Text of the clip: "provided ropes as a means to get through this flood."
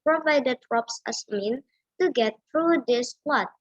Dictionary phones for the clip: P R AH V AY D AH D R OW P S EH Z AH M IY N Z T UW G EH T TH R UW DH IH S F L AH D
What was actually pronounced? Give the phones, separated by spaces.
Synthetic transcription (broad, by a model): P R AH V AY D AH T R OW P S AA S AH M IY N T UW G EH T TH R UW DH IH S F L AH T